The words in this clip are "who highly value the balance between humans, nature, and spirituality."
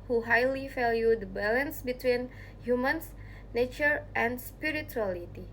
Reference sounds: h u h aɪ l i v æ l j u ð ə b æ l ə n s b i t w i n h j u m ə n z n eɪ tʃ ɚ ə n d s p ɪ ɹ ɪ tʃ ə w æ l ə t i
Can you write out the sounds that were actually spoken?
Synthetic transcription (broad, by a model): h u h aɪ l i f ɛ l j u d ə b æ l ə n s b i t w i n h j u m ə n s n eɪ tʃ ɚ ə n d s p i ɹ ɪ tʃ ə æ l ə t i